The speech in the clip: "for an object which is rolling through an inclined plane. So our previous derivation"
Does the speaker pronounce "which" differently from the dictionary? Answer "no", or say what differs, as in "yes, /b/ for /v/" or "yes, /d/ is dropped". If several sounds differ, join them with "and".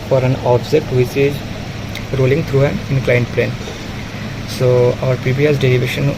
yes, /s/ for /tʃ/